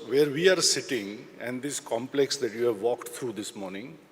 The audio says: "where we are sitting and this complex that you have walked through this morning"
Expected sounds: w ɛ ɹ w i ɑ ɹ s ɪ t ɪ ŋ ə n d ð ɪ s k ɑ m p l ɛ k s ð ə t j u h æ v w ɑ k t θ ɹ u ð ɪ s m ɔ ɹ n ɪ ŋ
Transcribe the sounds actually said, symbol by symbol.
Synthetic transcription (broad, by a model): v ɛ ɹ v i ɑ ɹ s ɪ t ɪ ŋ ə n d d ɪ s k ɑ m p l ɛ k s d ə t j u h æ v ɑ k t t ɹ u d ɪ s m ɔ ɹ n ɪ ŋ